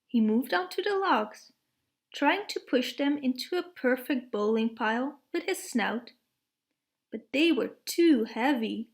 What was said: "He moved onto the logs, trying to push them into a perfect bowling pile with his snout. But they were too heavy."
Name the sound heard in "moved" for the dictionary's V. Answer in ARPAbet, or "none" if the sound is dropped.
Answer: V